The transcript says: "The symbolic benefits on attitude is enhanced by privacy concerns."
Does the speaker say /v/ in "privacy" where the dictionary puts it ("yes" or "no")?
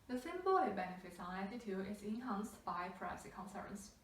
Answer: no